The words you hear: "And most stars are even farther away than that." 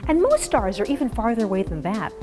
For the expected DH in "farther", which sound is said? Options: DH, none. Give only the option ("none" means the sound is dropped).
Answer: DH